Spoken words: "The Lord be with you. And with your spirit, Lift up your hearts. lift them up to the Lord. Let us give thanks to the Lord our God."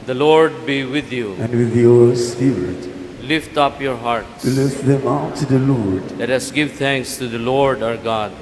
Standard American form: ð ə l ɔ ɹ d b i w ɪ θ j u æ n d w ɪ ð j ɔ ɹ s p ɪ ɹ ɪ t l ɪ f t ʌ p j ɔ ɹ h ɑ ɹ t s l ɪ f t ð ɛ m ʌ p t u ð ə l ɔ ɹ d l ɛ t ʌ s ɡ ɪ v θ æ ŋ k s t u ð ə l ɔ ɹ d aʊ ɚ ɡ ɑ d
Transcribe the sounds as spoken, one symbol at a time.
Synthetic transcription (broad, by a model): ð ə l ɔ ɹ d b i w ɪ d j u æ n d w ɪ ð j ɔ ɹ s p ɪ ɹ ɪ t l ɪ f t ʌ p j ɔ ɹ h ɑ ɹ t s l ɪ f t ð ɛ m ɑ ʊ t u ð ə l ɔ ɹ d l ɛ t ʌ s ɡ ɪ v t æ ŋ k s t u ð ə l ɔ ɹ d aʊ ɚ ɡ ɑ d